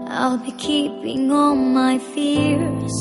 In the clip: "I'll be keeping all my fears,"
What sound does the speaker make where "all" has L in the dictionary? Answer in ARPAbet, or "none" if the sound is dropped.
N